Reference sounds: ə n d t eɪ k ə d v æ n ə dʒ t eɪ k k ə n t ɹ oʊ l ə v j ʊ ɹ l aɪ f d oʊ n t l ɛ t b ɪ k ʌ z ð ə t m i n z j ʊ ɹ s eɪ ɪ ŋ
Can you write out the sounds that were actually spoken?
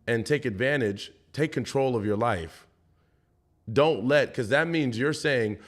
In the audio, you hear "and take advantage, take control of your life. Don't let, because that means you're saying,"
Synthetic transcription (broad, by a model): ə n t eɪ k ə d v æ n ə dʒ t eɪ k k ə n t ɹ oʊ l ə v j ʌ ɹ l aɪ f d oʊ n t l ɛ t k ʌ z ð ə t m i n z j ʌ ɹ s eɪ ɪ ŋ